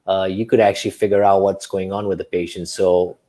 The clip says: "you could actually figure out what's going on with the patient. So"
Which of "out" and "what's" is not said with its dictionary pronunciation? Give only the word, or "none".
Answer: none